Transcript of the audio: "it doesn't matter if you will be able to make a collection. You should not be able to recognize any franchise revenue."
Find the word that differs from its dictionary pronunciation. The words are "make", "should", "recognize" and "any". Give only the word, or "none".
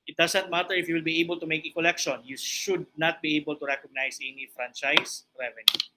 recognize